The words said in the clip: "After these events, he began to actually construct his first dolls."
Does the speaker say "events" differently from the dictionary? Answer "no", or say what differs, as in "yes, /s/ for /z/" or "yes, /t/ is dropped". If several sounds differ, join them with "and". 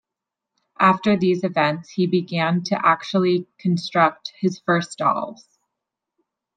no